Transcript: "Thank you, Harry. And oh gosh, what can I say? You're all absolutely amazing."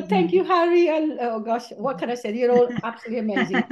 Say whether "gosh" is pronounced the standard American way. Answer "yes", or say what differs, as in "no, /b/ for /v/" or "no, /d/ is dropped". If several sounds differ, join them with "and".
yes